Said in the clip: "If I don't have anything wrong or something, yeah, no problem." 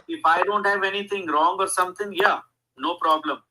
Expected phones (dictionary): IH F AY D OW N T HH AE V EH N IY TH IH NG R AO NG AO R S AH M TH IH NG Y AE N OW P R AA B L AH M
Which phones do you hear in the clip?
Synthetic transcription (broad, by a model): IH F AY D OW N T HH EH V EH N IY T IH NG R AO NG AO R S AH M T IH NG Y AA N OW P R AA B L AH M